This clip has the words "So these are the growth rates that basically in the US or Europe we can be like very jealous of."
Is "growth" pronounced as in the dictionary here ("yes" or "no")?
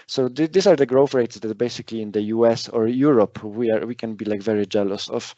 no